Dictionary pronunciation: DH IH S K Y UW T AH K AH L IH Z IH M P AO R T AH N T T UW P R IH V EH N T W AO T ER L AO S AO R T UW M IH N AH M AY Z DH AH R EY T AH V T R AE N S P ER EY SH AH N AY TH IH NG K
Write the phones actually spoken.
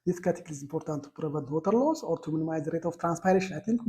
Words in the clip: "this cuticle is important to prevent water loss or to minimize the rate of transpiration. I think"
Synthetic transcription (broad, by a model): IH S K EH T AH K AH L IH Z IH M P AO R T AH N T T UW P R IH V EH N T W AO T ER L AO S AO R T UW M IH N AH M AY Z R EY T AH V T R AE N S P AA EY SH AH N AY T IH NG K